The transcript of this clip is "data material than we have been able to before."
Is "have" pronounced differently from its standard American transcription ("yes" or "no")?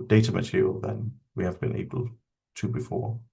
no